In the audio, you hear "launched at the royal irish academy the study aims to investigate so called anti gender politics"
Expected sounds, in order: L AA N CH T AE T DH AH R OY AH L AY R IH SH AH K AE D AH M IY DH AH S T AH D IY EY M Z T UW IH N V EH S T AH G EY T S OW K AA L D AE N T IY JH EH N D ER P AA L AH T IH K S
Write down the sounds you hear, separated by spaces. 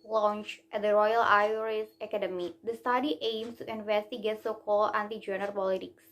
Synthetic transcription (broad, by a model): L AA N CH T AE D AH R OY AH L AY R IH S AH K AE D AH M IY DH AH S T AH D IY EY M S T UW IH N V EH S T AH G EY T S OW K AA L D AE N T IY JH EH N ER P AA L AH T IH K S